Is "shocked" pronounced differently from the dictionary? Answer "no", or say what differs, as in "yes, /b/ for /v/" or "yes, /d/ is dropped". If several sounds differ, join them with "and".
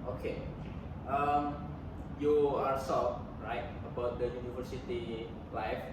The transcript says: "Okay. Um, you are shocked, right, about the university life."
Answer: yes, /s/ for /ʃ/